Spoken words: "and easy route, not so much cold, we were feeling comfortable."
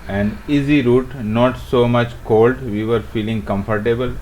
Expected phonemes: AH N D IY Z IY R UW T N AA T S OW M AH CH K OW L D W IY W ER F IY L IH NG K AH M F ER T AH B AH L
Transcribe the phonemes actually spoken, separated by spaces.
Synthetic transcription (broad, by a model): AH N IY Z IY R UW T N AA T S OW M AH CH K OW L D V IY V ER F IY L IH NG K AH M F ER T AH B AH L